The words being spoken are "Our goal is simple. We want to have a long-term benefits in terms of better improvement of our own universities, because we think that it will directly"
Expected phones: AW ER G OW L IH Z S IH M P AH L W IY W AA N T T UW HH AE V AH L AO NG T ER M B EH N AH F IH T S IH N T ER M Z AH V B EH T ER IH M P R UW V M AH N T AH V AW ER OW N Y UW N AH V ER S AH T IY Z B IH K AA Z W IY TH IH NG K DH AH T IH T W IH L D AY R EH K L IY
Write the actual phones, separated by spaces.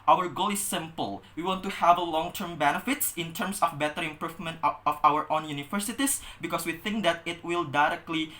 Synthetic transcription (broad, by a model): AW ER G OW L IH S IH M P AH L W IY W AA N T T UW HH AE V AH L AO NG T ER M B EH N AH F IH T S IH N T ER M S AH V B EH T ER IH M P R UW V M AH N T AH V AW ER OW N Y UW N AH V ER S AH T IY S B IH K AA S W IY TH IH NG K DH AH T IH T W IH L D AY R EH K L IY